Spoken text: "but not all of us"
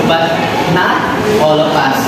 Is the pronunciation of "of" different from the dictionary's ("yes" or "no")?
yes